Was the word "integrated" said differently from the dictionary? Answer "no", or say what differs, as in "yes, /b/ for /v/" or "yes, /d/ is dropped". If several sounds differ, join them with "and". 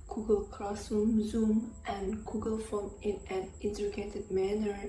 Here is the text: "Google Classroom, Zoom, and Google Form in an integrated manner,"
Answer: yes, /ɹ/ is dropped